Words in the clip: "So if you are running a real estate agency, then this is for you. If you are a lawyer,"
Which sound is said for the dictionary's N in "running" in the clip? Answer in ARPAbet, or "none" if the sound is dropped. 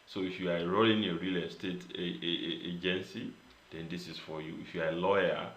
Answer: L